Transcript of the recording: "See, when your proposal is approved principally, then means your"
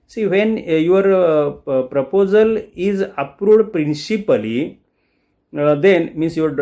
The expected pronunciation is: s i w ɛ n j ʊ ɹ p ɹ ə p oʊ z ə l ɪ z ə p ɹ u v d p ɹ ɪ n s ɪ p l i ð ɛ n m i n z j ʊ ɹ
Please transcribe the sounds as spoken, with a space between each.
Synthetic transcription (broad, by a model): s i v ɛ n j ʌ ɹ p ɹ ə p oʊ z ə l ɪ z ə p ɹ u d p ɹ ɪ n s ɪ p l i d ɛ n m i n s j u ɹ